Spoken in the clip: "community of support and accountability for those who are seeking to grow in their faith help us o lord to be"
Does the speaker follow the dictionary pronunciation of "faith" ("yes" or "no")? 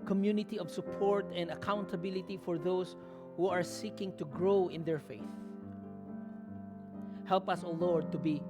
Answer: yes